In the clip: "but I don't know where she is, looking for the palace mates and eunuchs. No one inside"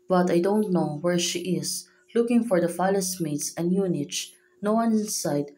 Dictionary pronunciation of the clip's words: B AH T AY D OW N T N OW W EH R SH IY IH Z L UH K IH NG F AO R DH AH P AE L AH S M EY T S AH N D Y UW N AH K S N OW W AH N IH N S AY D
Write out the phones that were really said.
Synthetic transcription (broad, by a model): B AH T AY D OW N T N OW W EH R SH IY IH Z L UH K IH NG F AO R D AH F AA L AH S M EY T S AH N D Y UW N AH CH N OW W AH N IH N S AY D